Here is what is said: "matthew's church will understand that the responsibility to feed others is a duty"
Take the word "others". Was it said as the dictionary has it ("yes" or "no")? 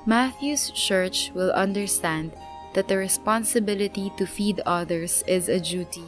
no